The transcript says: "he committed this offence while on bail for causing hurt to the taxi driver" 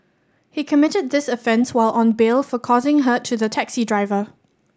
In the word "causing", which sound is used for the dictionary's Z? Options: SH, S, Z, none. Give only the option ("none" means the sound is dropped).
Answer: Z